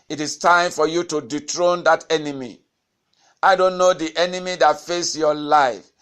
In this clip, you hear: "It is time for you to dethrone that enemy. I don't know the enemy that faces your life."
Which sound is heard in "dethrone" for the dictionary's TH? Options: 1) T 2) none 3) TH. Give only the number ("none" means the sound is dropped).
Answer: 1